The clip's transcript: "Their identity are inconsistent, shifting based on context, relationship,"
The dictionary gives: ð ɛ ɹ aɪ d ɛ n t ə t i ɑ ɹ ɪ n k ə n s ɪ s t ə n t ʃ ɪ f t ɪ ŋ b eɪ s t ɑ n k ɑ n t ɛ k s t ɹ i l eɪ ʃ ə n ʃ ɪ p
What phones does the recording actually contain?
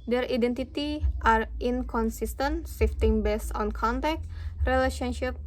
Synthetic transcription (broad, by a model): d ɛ ɹ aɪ d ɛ n t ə t i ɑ ɹ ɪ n k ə n s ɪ s t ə n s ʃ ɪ f t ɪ ŋ b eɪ s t ɑ n k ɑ n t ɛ k t ɹ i l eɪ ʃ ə n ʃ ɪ p